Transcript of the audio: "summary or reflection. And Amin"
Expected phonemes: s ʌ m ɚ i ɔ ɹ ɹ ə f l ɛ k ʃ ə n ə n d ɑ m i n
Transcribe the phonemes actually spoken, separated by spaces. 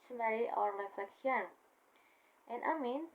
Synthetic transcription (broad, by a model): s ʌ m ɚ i ɔ ɹ l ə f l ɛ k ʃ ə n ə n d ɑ m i n